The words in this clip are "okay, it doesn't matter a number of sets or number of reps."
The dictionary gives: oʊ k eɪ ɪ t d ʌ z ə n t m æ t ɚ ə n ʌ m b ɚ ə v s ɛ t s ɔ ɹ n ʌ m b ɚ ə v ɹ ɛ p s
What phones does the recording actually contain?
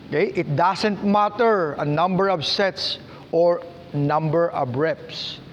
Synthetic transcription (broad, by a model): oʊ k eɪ ɪ t d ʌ s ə n t m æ t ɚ ə n ʌ m b ɚ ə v s ɛ t s ɔ ɹ n ʌ m b ɚ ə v ɹ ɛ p s